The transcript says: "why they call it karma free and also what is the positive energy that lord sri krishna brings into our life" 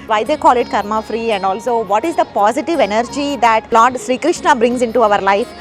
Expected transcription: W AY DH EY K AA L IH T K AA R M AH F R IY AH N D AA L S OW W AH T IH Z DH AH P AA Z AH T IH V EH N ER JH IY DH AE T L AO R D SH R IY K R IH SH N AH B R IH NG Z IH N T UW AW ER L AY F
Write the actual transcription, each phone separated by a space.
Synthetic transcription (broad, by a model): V AY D EY K AA L IH T K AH R M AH F R IY AH N D AA L S OW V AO T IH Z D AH P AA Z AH T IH V EH N ER JH IY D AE T L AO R D SH R IY K R IH SH N AH B R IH NG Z IH N T UW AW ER L AY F